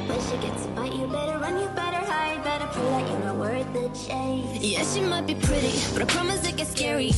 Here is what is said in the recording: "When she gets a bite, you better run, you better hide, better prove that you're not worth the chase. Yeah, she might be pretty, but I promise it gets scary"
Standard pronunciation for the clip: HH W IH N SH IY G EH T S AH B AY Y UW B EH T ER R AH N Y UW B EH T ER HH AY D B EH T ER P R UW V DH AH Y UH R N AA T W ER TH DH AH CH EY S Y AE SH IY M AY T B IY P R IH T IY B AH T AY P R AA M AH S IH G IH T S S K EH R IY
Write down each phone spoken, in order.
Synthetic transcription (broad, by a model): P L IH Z SH IY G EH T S AH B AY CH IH B EH T ER R AH N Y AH B EH T ER HH AY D B EH T ER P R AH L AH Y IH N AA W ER T DH AH CH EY Y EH SH IY M AY T B IY P R IH T IY B AH T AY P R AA M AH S IH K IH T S S K EH R IY